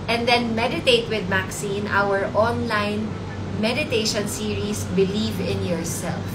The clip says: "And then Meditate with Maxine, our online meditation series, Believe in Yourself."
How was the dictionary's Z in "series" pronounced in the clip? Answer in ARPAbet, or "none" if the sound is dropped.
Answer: S